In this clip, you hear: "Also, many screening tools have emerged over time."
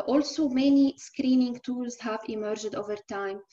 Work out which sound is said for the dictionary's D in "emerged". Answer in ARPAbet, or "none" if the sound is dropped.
D